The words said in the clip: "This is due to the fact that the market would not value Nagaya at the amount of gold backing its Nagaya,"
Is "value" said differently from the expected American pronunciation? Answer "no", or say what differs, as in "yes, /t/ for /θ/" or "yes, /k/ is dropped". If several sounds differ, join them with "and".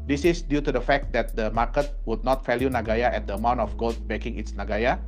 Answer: yes, /f/ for /v/